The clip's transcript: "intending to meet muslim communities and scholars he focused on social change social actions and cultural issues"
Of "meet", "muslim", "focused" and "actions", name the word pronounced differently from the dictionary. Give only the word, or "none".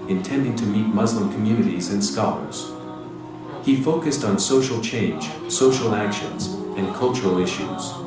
none